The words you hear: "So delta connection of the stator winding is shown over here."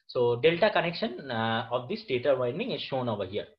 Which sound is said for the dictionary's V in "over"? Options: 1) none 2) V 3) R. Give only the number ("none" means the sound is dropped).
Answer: 2